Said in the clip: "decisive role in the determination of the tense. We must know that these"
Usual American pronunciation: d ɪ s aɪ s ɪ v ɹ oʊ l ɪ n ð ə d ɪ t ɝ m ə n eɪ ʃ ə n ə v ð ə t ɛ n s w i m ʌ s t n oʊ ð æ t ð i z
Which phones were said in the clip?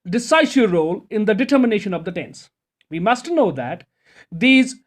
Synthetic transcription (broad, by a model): d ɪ s aɪ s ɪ ɹ oʊ l ɪ n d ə d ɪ t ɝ m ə n eɪ ʃ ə n ə v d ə t ɛ n s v i m ʌ s t n oʊ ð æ t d i z